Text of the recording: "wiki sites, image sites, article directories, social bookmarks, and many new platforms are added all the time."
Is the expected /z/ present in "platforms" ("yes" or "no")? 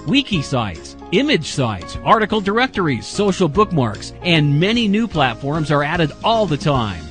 yes